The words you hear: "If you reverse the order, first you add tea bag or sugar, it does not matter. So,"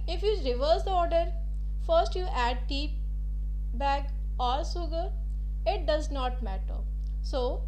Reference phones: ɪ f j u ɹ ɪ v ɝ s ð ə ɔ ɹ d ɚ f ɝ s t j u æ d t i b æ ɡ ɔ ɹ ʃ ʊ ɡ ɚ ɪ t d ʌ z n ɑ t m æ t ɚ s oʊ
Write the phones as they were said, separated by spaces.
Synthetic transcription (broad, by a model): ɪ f j u ɹ ɪ v ɝ s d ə ɔ ɹ d ɚ f ɝ s t j u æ d t i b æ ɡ ɔ ɹ s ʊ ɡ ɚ ɪ t d ʌ z n ɑ t m æ t ɚ s oʊ